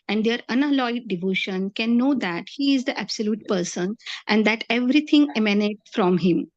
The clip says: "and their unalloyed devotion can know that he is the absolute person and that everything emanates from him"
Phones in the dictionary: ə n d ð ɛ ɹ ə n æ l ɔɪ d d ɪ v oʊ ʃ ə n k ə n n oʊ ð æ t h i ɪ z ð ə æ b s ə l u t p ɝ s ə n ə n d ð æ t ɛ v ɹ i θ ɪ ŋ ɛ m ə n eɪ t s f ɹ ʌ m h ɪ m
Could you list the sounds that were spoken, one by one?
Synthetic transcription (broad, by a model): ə n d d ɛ ɹ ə n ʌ l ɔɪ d d ɪ v oʊ ʃ ə n k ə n n oʊ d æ t h i ɪ z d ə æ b s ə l u t p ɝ s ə n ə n d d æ t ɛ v ɹ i t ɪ ŋ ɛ m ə n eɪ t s f ɹ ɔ m h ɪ m